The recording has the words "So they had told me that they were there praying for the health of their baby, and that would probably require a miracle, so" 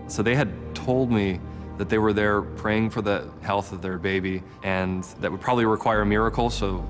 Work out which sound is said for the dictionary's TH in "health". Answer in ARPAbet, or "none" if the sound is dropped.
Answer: TH